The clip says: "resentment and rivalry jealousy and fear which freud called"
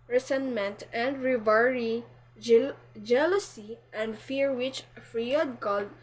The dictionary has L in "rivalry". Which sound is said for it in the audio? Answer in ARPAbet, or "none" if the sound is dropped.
none